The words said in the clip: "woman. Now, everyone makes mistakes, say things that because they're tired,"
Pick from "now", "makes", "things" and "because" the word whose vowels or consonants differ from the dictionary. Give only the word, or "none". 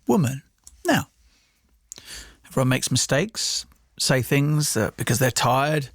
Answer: none